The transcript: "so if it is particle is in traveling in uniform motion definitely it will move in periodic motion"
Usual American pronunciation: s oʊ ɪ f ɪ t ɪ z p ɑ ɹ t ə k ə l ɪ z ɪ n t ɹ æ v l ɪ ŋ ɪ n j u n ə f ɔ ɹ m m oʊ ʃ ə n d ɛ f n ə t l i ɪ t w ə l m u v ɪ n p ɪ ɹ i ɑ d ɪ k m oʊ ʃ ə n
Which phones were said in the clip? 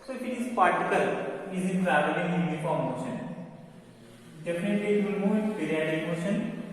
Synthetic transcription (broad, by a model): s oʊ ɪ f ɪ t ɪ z p ɑ ɹ t ə k ə l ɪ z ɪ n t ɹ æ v ɪ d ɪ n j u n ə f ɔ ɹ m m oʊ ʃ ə n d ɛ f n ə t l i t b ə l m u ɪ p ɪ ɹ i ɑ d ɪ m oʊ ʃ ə n